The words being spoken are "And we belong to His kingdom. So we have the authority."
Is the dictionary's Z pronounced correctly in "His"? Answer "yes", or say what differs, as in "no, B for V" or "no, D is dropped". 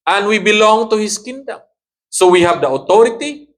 no, S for Z